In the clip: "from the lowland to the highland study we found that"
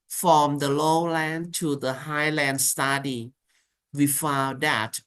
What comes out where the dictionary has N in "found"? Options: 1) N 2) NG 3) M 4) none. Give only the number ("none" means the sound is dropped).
4